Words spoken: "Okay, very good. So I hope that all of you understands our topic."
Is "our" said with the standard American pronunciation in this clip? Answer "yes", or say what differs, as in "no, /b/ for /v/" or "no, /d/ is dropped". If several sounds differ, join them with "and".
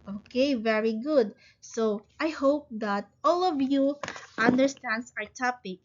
yes